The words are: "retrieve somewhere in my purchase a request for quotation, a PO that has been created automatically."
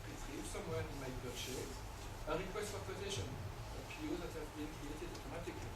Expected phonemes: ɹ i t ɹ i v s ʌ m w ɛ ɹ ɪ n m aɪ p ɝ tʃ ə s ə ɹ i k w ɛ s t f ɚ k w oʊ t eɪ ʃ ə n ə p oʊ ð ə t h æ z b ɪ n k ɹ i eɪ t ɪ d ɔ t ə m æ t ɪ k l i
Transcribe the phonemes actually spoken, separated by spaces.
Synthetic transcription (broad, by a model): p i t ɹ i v s ʌ m w ɛ ɹ ɪ n m aɪ b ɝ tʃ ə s ə ɹ i k w ɛ s t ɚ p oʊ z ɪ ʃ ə n ə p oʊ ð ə t h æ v b ɪ n k ɹ i eɪ t ɪ d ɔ t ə m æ t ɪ k l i